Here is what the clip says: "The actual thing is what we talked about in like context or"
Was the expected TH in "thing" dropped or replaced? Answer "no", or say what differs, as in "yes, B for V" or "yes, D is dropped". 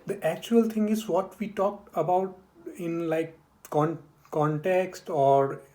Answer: yes, T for TH